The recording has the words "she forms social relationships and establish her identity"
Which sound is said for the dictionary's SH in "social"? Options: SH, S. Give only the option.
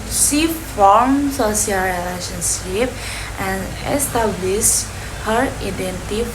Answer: S